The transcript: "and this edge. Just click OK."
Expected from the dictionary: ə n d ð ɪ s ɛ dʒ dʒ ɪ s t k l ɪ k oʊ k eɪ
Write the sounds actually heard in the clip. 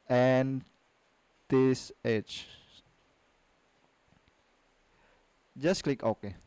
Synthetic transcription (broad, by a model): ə n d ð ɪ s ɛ tʃ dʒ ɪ s k l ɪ k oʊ k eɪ